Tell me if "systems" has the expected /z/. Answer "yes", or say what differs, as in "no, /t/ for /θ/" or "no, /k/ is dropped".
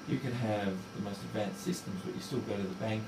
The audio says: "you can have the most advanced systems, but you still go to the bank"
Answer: yes